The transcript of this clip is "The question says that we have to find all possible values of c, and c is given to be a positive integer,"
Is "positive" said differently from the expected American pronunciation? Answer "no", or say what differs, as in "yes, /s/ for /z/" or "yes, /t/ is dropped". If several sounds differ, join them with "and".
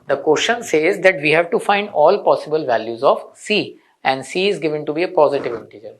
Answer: no